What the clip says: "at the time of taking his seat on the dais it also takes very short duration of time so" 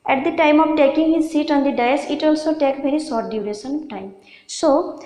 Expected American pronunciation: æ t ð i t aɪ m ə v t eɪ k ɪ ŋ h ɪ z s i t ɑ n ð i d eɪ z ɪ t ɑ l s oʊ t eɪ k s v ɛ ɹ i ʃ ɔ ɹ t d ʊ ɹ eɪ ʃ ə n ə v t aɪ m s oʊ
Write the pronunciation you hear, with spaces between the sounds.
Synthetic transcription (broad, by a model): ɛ t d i t aɪ m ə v t eɪ k ɪ ŋ h ɪ z s i t ɑ n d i d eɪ s ɪ t ɑ l s oʊ t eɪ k v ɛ ɹ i s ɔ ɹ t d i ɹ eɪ s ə n t aɪ m s oʊ